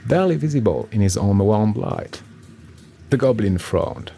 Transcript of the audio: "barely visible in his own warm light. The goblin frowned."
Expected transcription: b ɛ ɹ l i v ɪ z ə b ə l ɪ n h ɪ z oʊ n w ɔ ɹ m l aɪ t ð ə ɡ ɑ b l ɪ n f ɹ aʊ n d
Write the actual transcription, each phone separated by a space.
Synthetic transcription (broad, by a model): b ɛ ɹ l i v ɪ z ə b ə l ɪ n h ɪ z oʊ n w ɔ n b l aɪ t ð ə ɡ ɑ b l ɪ n f ɹ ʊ n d